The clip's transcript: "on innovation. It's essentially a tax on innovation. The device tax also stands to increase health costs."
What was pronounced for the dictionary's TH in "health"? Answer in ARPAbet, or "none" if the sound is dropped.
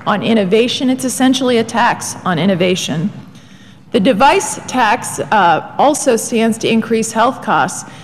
TH